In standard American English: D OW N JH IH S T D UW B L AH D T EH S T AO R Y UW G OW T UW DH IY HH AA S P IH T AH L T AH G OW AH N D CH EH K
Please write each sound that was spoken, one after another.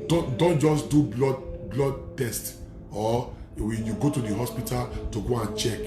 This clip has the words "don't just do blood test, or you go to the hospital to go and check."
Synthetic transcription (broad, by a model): D OW N JH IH S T D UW B L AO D T EH S T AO W Y UW G OW T UW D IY HH AA S P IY T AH L T AH G OW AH N CH EH K